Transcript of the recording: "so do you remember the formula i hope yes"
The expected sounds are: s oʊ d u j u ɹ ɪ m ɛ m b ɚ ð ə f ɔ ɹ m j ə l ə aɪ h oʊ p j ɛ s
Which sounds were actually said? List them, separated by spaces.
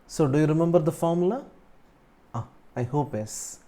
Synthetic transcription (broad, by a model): s oʊ d u j u ɹ ɪ m ɛ m b ɚ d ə f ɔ ɹ m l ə ə aɪ h oʊ p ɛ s